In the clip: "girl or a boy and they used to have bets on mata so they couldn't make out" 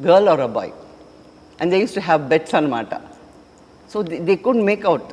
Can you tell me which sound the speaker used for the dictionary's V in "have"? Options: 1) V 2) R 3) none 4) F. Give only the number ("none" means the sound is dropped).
1